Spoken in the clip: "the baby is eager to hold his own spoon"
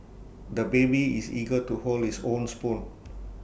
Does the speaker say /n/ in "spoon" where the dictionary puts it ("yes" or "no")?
no